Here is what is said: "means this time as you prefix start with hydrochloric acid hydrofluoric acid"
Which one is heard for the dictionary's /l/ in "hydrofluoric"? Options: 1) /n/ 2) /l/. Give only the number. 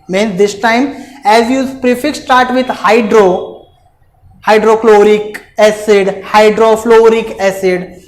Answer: 2